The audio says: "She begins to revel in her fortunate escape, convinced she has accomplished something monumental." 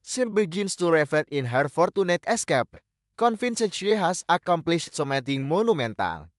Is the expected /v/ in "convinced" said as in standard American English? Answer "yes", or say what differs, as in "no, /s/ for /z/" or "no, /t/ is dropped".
no, /f/ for /v/